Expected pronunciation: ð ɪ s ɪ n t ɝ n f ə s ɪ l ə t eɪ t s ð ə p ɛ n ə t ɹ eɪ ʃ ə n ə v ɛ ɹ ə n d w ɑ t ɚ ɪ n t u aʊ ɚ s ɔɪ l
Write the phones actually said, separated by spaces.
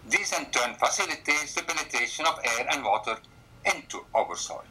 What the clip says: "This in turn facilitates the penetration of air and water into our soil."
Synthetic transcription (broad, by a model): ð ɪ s ɪ n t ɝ n f ə s ɪ l ə t eɪ t s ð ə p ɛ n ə t eɪ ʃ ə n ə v ɛ ɹ ə n d w ɑ t ɚ ɪ n t u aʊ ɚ s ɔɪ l